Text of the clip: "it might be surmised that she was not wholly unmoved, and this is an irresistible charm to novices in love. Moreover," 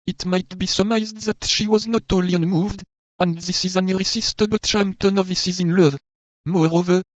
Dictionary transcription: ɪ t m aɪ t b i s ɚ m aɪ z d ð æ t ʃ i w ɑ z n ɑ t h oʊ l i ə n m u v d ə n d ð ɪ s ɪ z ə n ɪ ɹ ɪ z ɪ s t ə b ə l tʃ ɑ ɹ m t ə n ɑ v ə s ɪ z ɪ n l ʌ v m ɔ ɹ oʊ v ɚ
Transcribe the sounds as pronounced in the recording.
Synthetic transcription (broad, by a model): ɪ t m aɪ t b i s ɚ m aɪ z d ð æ t ʃ i w ɑ z n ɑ t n l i ə n m u v d ə n d ð ɪ s ɪ z ə n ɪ ɹ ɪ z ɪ s t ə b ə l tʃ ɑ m t ə n ɑ v ə s ɪ z ɪ n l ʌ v m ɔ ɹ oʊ v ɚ